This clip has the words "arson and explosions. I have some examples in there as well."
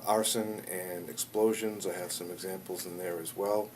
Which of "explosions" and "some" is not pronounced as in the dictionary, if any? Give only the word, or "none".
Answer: none